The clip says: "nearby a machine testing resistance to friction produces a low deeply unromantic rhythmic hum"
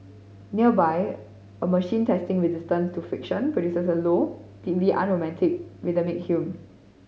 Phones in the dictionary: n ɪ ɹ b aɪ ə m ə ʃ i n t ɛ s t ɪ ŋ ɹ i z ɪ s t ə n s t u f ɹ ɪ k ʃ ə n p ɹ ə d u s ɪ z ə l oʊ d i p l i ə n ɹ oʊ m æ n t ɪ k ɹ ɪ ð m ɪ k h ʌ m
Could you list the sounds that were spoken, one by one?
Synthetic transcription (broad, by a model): n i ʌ b aɪ ə m ə ʃ i n t ɛ s t ɪ ŋ ɹ i z ɪ s t ə n s t u f ɪ k ʃ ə n p ɹ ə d u s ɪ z ə l oʊ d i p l i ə n ɹ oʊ m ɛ n t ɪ k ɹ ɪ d m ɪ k h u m